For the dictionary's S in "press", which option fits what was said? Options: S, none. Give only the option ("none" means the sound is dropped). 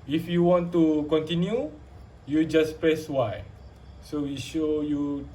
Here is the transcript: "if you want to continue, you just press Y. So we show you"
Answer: S